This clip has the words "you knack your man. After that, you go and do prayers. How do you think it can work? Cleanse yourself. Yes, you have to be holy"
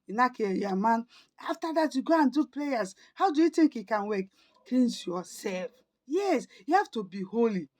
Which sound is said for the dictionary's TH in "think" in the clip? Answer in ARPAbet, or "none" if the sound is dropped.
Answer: T